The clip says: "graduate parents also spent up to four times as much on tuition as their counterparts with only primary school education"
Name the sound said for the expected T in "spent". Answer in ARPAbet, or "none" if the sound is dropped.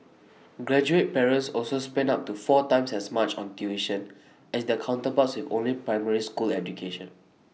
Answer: none